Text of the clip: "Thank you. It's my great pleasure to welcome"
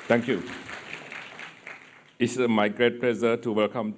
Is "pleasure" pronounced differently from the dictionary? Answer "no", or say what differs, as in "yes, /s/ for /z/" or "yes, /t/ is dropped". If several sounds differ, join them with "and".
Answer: yes, /z/ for /ʒ/